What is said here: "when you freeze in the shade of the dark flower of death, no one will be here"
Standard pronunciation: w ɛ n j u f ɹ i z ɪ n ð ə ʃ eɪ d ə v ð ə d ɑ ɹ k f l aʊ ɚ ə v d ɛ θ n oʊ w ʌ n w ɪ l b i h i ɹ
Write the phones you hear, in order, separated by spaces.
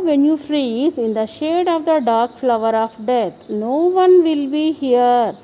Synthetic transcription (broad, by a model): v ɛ n j u f ɹ i z ɪ n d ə ʃ eɪ d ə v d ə d ɑ ɹ k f l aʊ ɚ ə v d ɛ t n oʊ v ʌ n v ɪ l b i h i ɹ